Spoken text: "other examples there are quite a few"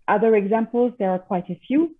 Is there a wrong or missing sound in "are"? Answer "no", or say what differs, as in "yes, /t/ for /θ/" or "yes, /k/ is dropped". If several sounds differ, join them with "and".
no